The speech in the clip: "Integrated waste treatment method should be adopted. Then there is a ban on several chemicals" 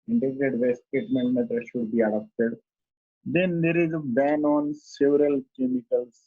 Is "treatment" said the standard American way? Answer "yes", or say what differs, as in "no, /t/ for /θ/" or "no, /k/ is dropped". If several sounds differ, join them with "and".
no, /ɹ/ is dropped